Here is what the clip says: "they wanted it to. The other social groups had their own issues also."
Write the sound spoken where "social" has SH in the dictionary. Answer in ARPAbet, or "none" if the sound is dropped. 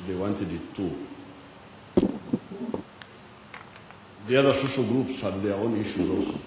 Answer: SH